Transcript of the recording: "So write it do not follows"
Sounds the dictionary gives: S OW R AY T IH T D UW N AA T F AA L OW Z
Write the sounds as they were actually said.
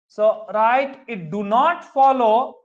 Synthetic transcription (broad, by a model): S OW R AY T IH T D UW N AA T F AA L OW